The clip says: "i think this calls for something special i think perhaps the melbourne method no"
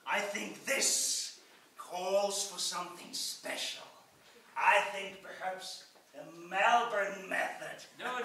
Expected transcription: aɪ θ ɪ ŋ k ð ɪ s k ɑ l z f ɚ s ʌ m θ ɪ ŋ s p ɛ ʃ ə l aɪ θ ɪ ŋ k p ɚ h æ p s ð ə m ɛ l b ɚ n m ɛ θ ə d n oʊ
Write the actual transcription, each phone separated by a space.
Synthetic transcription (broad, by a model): aɪ θ ɪ ŋ k ð ɪ s k ɑ l z f ɚ s ʌ m θ ɪ ŋ s p ɛ ʃ l aɪ θ ɪ ŋ k p ɚ h æ p s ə m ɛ l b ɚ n m ɛ θ ə d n